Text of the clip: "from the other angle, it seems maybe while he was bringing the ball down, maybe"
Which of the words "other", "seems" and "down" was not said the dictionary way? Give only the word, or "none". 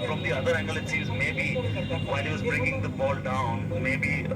seems